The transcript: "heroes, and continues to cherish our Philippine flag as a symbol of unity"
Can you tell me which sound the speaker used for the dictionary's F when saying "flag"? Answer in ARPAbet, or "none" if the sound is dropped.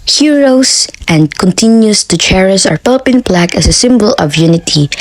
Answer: P